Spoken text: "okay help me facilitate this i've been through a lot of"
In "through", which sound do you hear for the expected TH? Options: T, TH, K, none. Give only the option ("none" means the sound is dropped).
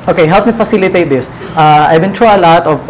T